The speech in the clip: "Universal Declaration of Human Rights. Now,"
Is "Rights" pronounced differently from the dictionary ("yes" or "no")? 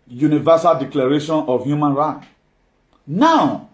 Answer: yes